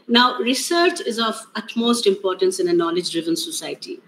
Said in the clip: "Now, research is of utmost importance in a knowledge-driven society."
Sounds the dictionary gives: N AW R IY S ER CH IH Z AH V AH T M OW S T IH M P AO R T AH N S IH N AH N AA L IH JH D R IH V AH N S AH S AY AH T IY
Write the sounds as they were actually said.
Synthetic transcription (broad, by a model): N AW R IY S ER CH IH Z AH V AH T M OW S T IH M P AO R T AH N S IH N AH N AA L IH JH D R IH V AH N S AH S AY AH T IY